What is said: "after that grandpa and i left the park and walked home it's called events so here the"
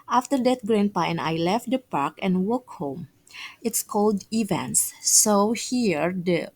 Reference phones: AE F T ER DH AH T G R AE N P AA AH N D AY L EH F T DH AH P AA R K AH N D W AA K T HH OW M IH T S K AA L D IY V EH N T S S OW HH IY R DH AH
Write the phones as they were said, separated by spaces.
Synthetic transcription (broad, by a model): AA F T ER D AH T G R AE N P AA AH N AY L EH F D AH P AA R K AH N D W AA K HH OW M IH T S K AA L D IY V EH N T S S OW HH IY R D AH